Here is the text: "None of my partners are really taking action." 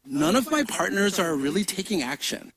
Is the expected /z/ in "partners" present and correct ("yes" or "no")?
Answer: yes